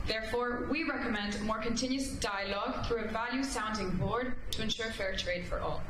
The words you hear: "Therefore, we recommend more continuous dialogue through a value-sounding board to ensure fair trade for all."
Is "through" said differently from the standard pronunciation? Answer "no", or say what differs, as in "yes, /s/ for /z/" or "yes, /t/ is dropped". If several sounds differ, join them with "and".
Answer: no